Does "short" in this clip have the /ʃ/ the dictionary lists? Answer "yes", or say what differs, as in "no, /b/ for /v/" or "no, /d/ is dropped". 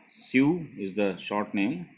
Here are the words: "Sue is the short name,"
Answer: yes